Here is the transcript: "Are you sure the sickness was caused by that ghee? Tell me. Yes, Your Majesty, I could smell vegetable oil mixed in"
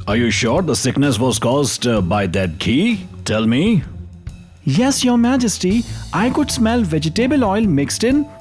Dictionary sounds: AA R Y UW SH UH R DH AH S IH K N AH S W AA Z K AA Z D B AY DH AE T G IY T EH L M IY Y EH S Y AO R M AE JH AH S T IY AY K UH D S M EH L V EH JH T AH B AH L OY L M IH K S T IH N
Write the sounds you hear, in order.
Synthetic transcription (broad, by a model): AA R Y UW SH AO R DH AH S IH K N AH S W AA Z K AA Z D B AY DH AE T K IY T EH L M IY Y EH S Y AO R M AE JH AH S T IY AY K UH D S M EH L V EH JH T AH B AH L OY L M IH K S T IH N